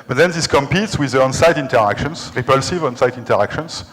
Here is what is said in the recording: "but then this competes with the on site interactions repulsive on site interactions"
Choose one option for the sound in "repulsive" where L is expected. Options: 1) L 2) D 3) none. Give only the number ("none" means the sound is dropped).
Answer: 1